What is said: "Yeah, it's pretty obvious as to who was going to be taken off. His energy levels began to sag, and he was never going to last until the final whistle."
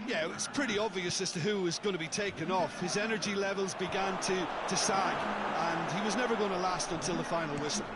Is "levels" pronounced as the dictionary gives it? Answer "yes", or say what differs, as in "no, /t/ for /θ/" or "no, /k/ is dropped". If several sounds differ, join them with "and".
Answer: yes